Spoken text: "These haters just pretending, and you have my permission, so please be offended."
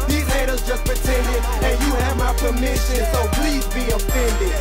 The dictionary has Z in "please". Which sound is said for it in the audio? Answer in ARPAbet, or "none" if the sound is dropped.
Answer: Z